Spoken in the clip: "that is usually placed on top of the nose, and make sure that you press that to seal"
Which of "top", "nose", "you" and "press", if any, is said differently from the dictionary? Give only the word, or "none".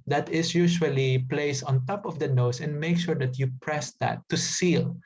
nose